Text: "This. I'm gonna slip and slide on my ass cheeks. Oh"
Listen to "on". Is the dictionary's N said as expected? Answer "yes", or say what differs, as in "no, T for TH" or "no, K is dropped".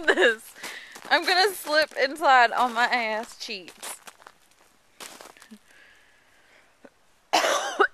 no, L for N